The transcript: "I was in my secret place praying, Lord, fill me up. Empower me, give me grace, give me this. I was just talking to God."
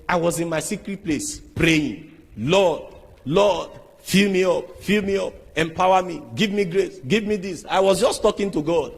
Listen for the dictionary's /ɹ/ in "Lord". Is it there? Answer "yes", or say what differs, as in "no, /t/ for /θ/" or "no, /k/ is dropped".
no, /l/ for /ɹ/